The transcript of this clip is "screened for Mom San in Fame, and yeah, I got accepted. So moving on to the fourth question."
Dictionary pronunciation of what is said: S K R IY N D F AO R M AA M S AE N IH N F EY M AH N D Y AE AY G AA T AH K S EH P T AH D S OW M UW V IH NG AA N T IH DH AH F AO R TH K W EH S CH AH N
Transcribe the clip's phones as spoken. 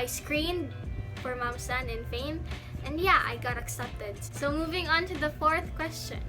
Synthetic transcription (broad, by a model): S K R IY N D F AO R M AA M S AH N IH N F EY M AH N D Y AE AY G AA T AH K S EH P T AH D S OW M UW V IH NG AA N T IH DH AH F AO R TH K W EH S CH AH N